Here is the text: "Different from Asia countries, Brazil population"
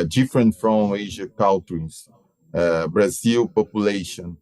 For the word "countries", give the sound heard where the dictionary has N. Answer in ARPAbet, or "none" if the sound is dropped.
L